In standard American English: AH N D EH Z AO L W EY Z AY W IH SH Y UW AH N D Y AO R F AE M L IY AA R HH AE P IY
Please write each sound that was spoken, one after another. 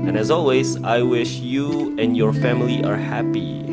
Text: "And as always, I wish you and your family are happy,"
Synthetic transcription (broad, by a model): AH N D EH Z AO L W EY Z AY W IH SH Y UW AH N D Y AO R F AE M L IY AA R HH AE P IY